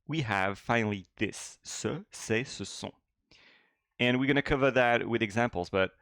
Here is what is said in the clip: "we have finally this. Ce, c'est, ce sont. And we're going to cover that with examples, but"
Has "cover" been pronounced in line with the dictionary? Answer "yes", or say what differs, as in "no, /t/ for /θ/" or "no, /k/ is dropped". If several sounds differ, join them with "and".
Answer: yes